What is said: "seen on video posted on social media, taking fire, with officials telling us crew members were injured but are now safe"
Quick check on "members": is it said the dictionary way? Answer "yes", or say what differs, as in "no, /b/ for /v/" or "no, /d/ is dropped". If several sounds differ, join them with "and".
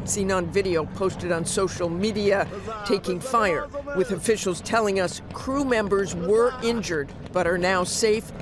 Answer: yes